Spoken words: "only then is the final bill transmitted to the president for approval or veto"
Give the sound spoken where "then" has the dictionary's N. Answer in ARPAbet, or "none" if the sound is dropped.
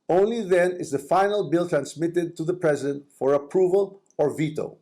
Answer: N